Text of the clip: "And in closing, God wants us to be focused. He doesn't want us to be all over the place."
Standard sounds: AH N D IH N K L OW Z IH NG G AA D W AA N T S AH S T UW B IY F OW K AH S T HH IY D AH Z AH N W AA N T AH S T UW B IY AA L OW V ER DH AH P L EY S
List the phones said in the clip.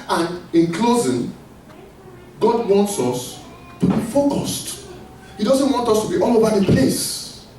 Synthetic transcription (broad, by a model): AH N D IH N K L OW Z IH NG G AA D W AA N T S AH S T UW B IY F OW K AH S T HH IY D AH Z AH N W AA N T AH S T UW B IY AA L OW V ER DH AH P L EY S